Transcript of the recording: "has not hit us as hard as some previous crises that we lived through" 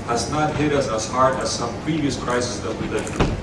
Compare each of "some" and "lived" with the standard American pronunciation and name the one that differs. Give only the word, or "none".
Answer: lived